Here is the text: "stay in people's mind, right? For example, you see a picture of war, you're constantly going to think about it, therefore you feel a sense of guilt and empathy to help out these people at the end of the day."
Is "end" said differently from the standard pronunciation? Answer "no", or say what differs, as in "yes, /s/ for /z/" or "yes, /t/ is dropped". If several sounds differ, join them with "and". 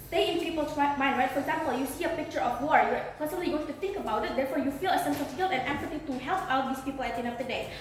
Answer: yes, /d/ is dropped